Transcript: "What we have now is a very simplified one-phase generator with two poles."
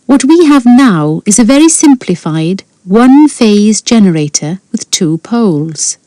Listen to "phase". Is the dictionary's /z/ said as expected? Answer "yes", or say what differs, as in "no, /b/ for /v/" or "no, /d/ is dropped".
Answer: yes